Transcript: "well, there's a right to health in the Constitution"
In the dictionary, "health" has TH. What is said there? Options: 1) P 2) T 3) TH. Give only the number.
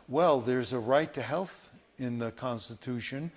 3